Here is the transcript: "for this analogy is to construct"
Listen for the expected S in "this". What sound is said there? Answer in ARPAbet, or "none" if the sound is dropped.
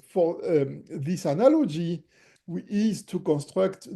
S